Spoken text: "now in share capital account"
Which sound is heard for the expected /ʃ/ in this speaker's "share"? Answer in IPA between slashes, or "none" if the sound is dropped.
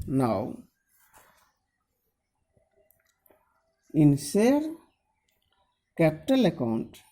/s/